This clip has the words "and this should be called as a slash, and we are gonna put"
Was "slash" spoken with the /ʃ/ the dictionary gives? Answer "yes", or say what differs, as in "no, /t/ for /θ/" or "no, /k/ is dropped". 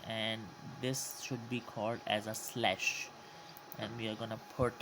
yes